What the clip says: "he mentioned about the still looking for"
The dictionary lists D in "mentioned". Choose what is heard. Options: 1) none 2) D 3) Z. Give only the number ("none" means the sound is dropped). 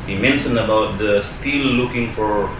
1